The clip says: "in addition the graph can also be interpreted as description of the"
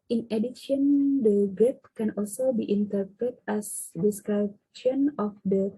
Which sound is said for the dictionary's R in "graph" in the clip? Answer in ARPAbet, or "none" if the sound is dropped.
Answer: none